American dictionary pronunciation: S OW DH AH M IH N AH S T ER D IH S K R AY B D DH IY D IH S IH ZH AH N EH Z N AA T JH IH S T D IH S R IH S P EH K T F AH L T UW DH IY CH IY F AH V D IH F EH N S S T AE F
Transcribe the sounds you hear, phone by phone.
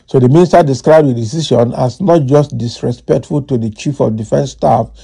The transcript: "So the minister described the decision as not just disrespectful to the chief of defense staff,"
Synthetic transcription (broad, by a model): S OW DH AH M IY N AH S T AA D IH S K R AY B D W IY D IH S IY SH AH N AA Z N AA T JH IH S T D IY S R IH S P EH K T F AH L T UW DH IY CH IY F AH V D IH F EH N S S T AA F